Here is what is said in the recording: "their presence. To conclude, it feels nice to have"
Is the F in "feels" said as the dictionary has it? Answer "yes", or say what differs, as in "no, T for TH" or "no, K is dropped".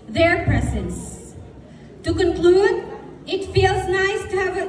yes